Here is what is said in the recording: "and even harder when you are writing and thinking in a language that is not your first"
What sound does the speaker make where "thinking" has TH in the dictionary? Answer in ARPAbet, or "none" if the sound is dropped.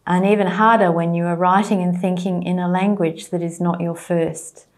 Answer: TH